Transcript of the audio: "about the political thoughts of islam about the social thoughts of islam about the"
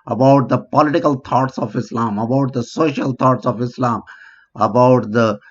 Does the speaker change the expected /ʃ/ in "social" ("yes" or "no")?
no